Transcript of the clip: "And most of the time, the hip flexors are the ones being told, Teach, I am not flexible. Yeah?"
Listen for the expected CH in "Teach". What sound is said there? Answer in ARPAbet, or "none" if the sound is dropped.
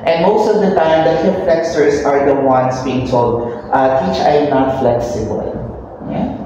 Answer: CH